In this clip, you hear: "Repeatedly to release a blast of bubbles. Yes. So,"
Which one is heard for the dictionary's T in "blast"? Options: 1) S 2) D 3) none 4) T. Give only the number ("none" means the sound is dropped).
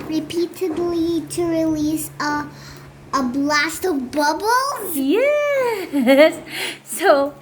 4